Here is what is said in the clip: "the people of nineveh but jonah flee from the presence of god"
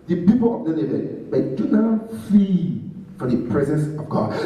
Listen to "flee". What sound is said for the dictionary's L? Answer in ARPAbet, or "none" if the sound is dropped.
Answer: none